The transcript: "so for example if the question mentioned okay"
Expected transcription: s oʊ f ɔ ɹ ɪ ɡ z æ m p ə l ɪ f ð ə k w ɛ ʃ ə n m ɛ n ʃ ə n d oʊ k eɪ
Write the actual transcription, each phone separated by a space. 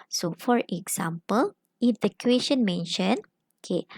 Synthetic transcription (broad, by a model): s oʊ f ɔ ɹ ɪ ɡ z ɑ m p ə l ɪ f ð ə k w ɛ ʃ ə n m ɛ n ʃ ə n oʊ k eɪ